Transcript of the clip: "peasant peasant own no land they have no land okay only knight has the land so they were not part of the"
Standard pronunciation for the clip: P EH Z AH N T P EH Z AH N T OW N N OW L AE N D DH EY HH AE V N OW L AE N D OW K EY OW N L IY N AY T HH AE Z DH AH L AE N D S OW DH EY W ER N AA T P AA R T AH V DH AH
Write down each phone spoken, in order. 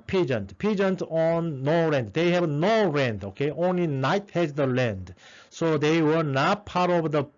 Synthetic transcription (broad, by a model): P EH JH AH N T P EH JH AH N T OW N N OW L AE N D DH EY HH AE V N OW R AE N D OW K EY OW N L IY N AY T HH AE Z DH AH L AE N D S OW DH EY W ER N AA T P AA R T AH V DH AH